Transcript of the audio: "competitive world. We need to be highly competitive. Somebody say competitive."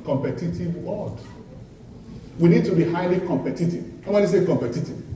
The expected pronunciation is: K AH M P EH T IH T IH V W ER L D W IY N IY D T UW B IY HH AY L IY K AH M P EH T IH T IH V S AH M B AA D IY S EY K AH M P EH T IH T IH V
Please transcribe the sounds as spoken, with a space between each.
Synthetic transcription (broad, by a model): K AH M P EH T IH T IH V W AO D W IY N IY D T UW B IY HH AY L IY K AH M P EH T IH T IH V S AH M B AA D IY S EY K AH M P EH T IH T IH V